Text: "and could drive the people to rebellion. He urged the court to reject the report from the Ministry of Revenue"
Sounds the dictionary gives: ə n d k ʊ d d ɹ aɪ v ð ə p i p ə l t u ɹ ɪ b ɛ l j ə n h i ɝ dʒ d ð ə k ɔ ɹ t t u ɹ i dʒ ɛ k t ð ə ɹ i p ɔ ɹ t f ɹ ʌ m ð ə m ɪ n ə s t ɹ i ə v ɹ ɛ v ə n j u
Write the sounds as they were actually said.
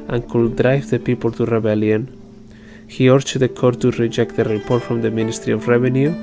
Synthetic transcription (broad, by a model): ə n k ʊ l d ɹ aɪ v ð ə p i p ə l t u ɹ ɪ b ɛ l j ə n h i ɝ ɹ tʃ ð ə k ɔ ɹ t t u ɹ i dʒ ɛ k t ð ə ɹ i p ɔ ɹ t f ɹ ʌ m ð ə m ɪ n ə s t ɹ i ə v ɹ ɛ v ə n j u